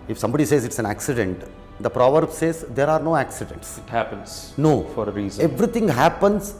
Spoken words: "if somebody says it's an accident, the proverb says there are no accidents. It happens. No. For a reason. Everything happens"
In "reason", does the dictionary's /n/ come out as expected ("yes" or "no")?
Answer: no